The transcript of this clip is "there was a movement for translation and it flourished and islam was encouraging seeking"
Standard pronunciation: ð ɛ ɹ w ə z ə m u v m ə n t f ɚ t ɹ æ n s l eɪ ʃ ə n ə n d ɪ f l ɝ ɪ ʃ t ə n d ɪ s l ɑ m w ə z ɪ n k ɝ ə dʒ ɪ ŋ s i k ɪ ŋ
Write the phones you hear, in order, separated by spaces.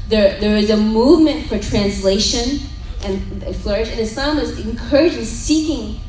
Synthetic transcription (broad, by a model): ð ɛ ɹ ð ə z ə m u v m ə n t f ɚ t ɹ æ n s l eɪ ʃ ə n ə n ɪ f l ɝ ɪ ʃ ə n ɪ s ɑ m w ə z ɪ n k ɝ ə dʒ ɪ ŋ s i k ɪ ŋ